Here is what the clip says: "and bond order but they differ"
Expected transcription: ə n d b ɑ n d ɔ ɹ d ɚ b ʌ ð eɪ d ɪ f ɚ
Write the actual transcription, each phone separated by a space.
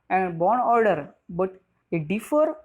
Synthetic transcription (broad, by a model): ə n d b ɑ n ɔ ɹ d ɚ b ʌ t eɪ d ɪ f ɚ